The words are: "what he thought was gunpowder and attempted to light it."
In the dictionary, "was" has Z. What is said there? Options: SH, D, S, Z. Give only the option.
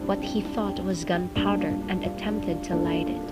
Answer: Z